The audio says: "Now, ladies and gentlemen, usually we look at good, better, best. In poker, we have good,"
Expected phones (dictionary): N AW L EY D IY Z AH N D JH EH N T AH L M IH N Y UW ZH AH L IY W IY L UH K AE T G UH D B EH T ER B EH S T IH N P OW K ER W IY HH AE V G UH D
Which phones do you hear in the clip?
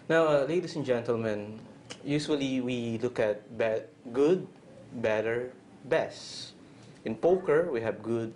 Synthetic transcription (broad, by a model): N AW L EY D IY S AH N JH EH N T AH L M IH N Y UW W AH L IY W IY L UH K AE T G UH D B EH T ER B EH S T IH N P OW K ER W IY HH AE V G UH D